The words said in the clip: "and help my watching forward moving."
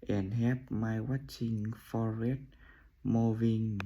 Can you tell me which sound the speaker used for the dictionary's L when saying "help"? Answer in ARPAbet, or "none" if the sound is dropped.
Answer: none